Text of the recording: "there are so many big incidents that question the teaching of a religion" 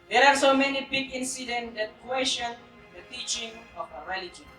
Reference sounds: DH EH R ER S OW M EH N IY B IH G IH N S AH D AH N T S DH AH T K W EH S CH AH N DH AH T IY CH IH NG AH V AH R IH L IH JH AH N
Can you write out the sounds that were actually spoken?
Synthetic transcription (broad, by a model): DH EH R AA S OW M EH N IY B IH G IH N S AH D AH N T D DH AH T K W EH SH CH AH N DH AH T IY CH IH NG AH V AH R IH L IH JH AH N